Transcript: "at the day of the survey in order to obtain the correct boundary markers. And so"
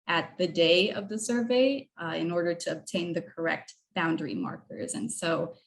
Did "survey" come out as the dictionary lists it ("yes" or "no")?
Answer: yes